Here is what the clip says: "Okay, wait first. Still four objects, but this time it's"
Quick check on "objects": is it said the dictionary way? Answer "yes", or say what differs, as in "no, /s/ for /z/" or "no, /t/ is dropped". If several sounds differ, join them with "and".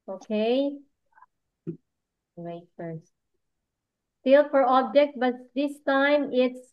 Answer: no, /s/ is dropped